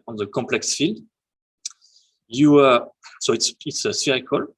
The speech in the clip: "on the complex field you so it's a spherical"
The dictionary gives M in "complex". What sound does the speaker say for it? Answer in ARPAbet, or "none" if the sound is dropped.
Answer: none